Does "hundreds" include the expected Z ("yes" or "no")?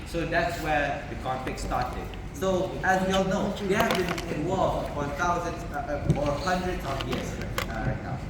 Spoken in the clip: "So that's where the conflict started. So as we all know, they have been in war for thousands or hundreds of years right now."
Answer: no